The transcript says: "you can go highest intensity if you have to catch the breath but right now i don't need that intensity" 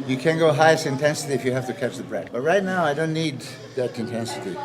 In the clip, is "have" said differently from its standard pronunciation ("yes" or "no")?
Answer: yes